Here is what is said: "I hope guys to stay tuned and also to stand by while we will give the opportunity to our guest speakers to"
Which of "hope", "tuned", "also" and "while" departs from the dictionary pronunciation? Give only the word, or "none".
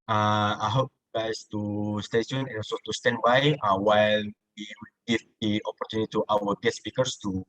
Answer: tuned